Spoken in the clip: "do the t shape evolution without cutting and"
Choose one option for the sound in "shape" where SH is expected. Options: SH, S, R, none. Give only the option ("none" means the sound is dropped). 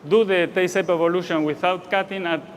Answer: S